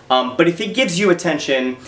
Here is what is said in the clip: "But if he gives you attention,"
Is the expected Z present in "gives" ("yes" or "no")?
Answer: yes